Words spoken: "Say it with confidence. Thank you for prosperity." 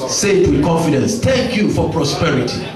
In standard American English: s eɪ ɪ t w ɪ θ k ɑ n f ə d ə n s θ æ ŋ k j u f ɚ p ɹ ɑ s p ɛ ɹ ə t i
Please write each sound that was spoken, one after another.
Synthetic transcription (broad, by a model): s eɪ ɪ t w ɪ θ k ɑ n f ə d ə n s t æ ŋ k j u f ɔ p ɹ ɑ s p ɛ ɹ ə t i